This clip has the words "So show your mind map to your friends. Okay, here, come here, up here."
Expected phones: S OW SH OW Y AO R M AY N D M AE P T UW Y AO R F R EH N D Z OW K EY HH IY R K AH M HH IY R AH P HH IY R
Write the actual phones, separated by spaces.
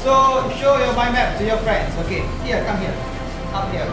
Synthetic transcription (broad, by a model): S OW SH OW Y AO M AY M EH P T UW Y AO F R EH N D S OW K EY HH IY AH K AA M HH IY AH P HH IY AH